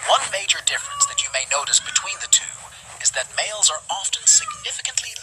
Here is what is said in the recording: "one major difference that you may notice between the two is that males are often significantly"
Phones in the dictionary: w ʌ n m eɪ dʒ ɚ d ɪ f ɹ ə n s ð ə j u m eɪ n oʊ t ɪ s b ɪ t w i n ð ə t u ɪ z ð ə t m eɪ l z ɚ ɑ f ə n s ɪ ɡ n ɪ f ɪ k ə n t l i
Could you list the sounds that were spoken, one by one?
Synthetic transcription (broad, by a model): w ʌ n m eɪ dʒ ɚ d ɪ f ɹ ə n s ð ə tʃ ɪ m eɪ n oʊ t ɪ s b ɪ t w i n ð ə t u ɪ z ð ə t m eɪ l z ɚ ɑ f ə n s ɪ ɡ n ɪ f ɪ k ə n t l i